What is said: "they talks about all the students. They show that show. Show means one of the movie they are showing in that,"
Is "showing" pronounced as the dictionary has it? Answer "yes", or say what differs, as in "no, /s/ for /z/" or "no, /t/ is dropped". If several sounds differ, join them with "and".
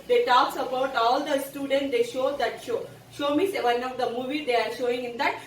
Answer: yes